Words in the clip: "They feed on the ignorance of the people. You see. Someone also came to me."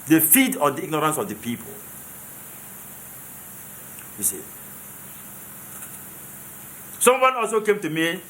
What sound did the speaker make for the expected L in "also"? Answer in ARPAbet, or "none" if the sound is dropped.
L